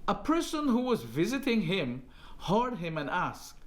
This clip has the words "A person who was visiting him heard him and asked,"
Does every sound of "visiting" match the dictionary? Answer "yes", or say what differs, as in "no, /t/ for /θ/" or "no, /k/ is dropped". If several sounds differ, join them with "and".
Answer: yes